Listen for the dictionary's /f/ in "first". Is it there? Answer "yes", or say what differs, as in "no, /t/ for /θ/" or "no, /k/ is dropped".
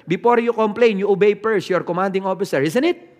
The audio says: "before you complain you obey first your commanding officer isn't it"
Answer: no, /p/ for /f/